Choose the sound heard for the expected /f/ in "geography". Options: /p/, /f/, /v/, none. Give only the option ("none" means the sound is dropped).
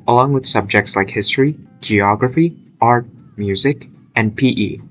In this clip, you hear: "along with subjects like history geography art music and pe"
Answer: /f/